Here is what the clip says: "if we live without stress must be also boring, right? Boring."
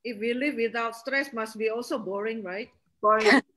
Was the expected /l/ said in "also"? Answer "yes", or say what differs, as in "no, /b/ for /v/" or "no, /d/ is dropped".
yes